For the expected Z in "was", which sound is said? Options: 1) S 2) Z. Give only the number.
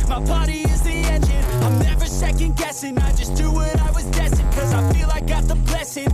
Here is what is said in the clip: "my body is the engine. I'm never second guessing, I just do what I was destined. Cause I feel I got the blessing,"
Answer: 2